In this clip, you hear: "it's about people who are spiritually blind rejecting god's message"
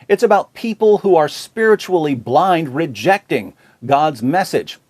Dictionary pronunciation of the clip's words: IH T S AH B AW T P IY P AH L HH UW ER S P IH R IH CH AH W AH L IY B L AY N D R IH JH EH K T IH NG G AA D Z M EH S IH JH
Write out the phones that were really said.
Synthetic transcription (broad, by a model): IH T S AH B AW T P IY P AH L HH UW ER S P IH R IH CH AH L IY B L AY N D R IH JH EH K T IH NG G AA D Z M EH S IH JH